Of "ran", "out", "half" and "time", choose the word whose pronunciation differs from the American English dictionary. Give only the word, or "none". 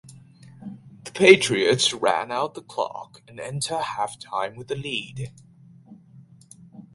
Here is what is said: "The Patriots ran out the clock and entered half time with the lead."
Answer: none